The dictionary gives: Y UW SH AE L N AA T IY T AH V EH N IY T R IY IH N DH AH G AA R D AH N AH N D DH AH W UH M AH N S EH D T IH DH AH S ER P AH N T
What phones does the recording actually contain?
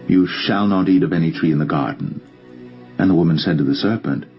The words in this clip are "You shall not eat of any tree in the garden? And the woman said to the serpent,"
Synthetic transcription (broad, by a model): Y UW SH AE L N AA T IY T AH V EH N IY T R IY IH N DH AH G AA R D N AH N DH AH W UH M AH N S EH D T IH DH AH S ER P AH N T